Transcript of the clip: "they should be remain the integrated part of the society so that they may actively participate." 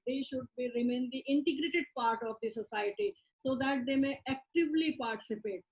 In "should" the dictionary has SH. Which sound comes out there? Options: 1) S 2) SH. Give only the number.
2